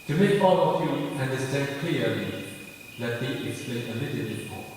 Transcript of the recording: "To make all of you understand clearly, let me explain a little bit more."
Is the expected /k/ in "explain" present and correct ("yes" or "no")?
yes